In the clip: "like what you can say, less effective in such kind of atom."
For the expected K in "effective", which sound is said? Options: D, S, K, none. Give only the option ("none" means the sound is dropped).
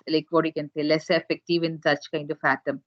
K